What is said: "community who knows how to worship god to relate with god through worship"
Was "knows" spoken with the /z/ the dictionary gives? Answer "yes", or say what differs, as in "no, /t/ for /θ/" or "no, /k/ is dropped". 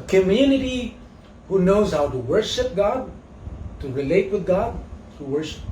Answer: yes